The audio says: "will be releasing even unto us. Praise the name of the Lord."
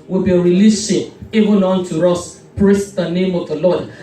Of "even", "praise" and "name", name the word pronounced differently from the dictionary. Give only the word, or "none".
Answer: praise